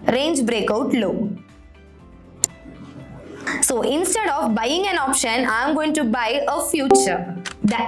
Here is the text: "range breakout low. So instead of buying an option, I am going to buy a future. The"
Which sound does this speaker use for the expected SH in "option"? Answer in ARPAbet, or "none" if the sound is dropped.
SH